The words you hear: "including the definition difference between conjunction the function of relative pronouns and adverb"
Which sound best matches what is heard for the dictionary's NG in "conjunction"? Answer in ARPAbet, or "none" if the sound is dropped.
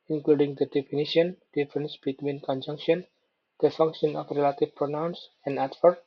NG